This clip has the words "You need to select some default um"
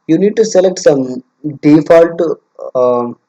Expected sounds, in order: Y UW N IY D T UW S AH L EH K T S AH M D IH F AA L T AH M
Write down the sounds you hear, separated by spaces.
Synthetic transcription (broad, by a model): Y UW N IY D T UW S AH L EH K T S AH M D IH F AA L T